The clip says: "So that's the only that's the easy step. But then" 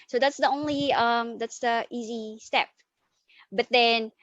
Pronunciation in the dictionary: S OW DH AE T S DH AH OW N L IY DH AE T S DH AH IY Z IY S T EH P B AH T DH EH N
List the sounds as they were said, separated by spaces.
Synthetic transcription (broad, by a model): S OW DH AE T S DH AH OW N L IY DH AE T S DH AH IY Z IY S T EH P B AH T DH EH N